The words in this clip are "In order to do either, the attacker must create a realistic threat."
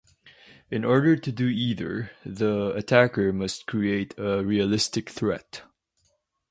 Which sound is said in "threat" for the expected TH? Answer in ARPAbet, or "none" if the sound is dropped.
TH